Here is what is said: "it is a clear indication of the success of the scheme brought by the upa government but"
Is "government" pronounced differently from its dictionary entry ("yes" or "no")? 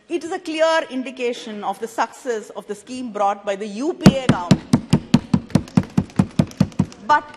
yes